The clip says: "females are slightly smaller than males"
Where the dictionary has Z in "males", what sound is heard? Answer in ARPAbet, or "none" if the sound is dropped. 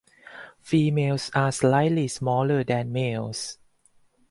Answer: S